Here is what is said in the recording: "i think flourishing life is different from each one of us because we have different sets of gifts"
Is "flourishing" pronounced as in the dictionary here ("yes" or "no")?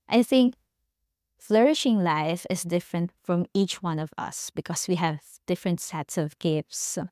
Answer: yes